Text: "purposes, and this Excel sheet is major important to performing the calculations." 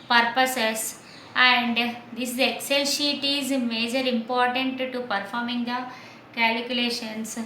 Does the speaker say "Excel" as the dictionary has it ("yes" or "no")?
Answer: yes